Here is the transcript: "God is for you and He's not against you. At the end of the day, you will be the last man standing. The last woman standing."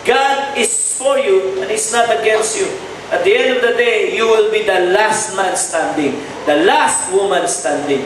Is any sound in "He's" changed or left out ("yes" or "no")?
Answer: yes